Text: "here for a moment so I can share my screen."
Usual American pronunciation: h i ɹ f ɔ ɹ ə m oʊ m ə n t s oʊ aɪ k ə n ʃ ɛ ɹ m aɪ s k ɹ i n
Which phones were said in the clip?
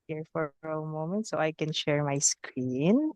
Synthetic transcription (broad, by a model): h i ɹ f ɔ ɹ ə m oʊ m ə n t s oʊ aɪ k ə n ʃ ɛ ɹ m aɪ s k ɹ i n